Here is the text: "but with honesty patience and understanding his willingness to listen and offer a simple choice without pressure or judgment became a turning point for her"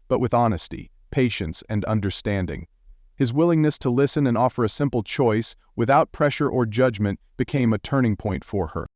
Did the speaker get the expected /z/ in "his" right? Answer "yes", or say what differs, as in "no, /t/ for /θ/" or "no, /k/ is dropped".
yes